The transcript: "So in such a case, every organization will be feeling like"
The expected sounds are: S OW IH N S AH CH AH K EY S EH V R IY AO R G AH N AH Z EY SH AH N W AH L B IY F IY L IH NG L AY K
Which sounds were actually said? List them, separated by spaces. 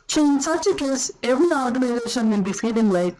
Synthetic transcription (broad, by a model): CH IH N S AH CH AH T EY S EH V R IY AO R G AH N AH Z EY SH AH N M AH N B IY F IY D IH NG L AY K